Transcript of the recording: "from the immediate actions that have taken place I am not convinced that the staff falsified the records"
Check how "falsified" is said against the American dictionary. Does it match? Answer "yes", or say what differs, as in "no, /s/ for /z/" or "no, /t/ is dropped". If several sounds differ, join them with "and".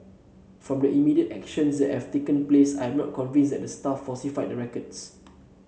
no, /l/ is dropped